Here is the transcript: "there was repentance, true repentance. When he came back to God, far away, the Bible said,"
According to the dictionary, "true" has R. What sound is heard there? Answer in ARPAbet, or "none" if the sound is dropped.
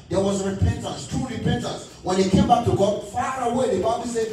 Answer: none